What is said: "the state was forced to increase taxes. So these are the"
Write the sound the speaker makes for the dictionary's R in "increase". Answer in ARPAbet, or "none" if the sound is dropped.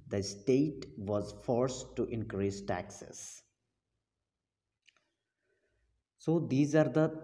R